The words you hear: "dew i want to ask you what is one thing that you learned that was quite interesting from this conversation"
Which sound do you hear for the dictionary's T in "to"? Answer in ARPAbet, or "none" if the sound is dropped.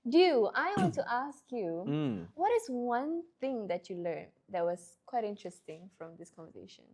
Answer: T